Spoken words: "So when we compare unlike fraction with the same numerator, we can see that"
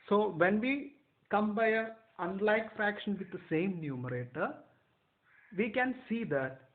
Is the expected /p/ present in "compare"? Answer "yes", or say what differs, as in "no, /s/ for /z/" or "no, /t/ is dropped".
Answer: no, /b/ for /p/